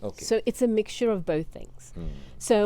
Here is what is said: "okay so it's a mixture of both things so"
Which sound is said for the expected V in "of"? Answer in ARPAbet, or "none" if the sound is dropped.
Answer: V